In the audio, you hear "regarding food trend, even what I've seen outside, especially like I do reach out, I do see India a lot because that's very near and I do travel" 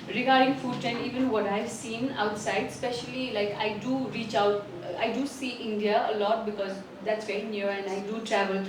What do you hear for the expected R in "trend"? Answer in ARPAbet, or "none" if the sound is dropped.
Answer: none